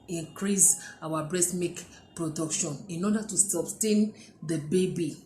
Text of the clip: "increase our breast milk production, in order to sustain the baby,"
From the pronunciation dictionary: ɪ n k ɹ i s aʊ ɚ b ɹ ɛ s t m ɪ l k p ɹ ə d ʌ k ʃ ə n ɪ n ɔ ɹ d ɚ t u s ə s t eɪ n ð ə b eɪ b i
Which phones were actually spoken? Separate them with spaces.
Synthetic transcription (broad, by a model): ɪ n k ɹ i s aʊ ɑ b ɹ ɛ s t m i k p ɹ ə d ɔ k ʃ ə n ɪ n ɔ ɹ d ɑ t u s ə s t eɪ n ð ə b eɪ b i